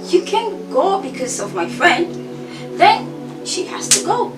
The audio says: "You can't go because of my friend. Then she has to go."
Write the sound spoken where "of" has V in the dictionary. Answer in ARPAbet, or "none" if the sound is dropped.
V